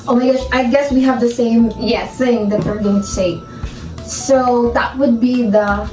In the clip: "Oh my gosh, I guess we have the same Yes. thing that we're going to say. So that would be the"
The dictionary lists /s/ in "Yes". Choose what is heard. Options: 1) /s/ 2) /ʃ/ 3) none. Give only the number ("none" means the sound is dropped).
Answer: 3